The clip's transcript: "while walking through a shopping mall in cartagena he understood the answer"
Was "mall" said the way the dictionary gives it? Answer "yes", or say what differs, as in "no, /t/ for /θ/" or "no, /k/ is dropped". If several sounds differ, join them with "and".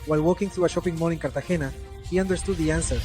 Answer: no, /n/ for /l/